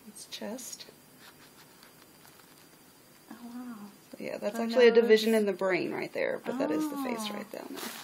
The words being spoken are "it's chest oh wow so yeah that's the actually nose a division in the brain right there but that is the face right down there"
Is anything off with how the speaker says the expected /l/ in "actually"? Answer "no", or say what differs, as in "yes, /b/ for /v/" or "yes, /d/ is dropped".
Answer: yes, /l/ is dropped